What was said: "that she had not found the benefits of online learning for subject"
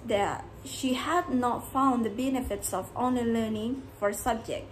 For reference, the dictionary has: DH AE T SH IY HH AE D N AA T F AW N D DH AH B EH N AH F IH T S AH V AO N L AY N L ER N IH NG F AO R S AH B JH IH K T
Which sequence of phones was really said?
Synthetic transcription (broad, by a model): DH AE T SH IY HH AE D N AA T F AW N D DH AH B EH N AH F IH T S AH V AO N AH L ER N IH NG F AO R S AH B JH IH K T